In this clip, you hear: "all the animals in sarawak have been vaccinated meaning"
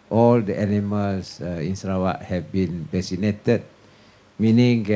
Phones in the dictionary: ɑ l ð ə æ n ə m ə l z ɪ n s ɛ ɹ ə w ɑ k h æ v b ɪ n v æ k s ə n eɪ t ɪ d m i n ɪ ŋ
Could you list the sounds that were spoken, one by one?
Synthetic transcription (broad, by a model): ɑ l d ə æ n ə m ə l s ɪ n s ɹ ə w ɑ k h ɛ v b ɪ n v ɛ s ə n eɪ t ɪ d m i n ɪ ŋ